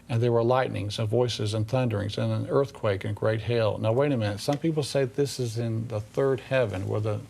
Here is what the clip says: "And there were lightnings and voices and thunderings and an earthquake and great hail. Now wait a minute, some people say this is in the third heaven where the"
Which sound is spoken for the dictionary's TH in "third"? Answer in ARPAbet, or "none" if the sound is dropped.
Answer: TH